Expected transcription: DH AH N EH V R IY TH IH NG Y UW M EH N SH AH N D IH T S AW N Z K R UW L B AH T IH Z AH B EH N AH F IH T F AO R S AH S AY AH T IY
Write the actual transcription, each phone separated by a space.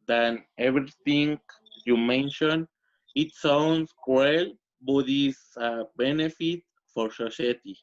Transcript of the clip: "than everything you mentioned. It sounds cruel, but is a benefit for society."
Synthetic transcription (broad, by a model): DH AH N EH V R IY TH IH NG Y UW M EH N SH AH N IH T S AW N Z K EH L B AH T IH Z AH B EH N AH F IH T F AO R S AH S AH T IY